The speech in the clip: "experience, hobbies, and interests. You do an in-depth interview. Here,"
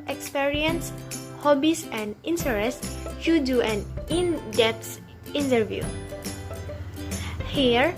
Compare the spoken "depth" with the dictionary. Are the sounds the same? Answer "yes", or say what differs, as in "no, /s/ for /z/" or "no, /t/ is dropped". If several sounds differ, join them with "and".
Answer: no, /s/ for /θ/